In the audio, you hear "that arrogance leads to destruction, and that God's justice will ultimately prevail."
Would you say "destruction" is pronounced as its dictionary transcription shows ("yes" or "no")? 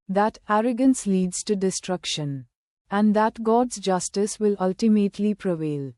yes